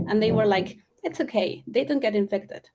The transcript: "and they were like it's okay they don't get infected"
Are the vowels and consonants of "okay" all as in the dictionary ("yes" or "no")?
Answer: yes